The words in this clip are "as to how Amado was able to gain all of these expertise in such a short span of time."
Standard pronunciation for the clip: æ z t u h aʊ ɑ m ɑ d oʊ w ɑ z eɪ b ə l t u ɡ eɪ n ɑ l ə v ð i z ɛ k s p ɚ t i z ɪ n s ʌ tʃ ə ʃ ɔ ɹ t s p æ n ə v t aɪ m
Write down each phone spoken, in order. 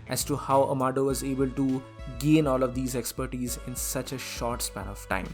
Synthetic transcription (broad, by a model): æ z t u h aʊ ɑ m ɑ d oʊ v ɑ z eɪ b ə l t u ɡ eɪ n ɑ l ə v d i z ɛ k s p ɚ t i z ɪ n s ʌ tʃ ə ʃ ɔ ɹ t s p æ n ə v t aɪ m